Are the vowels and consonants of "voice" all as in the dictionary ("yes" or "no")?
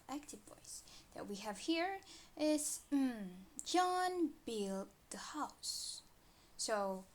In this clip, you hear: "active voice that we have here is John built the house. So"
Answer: no